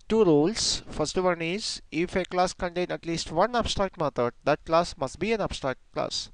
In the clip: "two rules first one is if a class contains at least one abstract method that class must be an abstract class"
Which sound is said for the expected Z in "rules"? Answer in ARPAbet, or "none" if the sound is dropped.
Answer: S